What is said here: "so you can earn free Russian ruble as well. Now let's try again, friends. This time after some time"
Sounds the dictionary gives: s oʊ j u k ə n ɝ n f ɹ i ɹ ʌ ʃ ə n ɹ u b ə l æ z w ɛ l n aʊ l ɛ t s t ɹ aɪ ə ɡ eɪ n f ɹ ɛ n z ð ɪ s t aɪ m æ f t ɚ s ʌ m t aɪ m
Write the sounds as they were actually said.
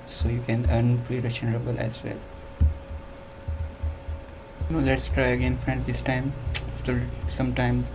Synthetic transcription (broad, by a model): s oʊ j u k ə n ɝ n p ɹ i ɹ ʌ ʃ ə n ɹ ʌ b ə l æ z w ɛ l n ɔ l ɛ t s t ɹ aɪ ə ɡ eɪ n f ɹ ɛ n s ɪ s t aɪ m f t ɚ s ʌ m t aɪ m